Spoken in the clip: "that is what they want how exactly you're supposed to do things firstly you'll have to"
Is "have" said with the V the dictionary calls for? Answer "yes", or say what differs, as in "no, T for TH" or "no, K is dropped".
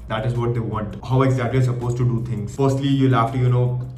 no, F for V